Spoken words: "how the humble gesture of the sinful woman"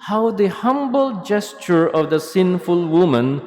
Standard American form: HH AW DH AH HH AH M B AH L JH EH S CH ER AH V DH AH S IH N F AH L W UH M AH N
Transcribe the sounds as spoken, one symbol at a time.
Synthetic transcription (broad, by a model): HH AW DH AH HH AH M B AH L JH EH S CH ER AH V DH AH S IH N F AH L W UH M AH N